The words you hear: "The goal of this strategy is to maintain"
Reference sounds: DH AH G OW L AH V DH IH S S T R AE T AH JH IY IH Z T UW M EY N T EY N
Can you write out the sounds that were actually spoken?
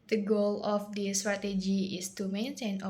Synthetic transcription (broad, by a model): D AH G OW L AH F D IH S S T R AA T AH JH IY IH S T UW M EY N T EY N